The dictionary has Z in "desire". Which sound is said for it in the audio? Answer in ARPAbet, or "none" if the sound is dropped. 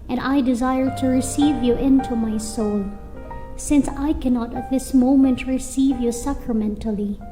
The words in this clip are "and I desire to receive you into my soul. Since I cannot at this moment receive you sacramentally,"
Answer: Z